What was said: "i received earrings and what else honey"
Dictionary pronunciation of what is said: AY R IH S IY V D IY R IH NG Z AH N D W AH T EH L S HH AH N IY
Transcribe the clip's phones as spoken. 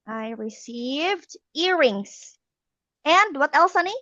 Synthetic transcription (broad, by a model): AY R IH S IY V D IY R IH NG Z AH N D W AH T EH L S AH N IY